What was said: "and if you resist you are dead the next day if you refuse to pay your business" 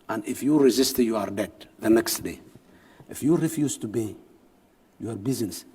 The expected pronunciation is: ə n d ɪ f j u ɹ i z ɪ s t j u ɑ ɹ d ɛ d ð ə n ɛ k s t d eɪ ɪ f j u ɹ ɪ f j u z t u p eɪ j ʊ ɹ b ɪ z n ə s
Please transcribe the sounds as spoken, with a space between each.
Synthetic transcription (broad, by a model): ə n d ɪ f j u ɹ i z ɪ s t j u ɑ ɹ d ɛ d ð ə n ɛ k s t d eɪ ɪ f j u ɹ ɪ f j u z t u b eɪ j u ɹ b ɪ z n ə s